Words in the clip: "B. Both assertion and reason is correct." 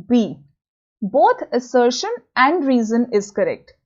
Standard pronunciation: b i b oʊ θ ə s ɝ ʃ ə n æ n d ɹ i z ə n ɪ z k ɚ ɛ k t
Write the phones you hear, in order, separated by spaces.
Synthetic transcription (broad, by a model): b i b oʊ t ə s ɝ ʃ ə n æ n d ɹ i z ə n ɪ z k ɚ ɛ k t